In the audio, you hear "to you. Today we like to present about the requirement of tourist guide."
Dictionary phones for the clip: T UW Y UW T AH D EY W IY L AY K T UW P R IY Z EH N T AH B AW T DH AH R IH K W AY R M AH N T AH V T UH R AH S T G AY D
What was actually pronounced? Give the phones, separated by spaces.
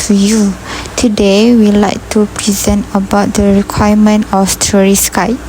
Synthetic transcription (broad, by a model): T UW Y UW T AH D EY W IY L AY K T UW P R IY Z EH N T AH B AW T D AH R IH K W AY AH M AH N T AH F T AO R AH S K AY